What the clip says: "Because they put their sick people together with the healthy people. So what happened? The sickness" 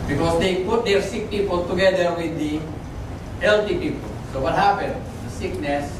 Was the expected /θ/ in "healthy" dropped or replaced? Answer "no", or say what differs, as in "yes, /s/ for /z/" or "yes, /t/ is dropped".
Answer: yes, /t/ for /θ/